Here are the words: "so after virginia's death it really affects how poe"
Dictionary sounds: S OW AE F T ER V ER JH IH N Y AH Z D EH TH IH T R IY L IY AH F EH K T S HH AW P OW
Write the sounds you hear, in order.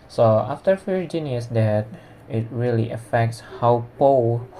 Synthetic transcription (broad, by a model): S OW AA F T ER F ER JH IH N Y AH S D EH T IH T R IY L IY AH F EH K T S HH AW P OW